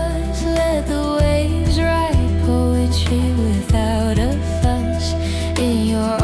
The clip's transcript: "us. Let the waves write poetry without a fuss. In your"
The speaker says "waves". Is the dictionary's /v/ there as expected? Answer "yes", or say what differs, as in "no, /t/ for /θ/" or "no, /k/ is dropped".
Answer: no, /v/ is dropped